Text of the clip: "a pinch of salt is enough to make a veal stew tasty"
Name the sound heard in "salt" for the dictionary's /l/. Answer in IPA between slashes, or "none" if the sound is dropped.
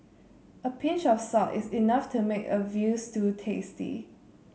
none